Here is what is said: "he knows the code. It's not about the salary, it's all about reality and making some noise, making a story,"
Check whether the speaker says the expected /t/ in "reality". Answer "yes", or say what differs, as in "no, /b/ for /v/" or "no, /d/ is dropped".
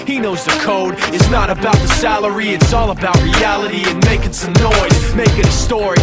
yes